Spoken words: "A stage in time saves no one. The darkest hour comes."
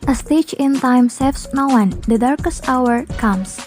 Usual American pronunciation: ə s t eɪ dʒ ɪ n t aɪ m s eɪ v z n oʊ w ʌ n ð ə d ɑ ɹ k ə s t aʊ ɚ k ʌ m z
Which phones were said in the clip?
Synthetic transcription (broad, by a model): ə s t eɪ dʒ ɪ n t aɪ m s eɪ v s n oʊ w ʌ n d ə d ɑ ɹ k ə s t aʊ ɚ k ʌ m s